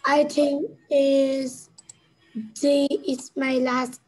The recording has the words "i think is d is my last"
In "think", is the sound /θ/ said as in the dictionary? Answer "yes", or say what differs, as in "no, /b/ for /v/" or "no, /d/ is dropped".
no, /t/ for /θ/